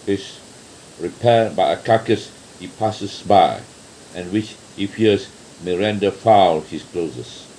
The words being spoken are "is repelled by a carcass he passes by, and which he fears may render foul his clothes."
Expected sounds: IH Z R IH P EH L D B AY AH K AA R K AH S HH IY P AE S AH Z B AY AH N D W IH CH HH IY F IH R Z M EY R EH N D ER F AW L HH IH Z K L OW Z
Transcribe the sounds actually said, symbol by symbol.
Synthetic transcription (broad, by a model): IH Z R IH P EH D B AY AH K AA K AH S HH IY P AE S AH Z B AY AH N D W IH CH HH IY F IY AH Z M EY R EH N D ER F AW L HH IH S K L OW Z